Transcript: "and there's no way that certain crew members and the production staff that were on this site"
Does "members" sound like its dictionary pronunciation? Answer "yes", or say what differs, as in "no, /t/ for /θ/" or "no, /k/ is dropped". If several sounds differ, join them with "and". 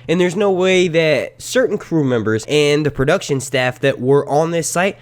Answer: yes